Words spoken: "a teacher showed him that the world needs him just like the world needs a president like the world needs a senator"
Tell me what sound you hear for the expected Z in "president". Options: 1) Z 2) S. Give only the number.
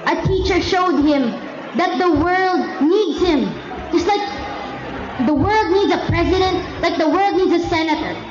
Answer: 1